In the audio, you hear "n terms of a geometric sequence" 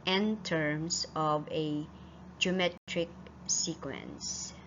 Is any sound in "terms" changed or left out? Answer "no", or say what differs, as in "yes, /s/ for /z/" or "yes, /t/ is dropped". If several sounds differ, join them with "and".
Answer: yes, /s/ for /z/